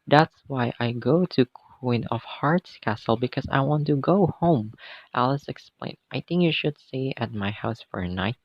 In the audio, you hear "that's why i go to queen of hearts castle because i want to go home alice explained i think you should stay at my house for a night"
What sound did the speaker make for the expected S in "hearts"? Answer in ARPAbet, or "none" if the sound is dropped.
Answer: S